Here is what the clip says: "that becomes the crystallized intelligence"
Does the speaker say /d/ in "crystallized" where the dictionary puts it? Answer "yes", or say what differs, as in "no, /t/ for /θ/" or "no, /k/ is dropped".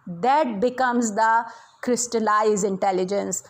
no, /d/ is dropped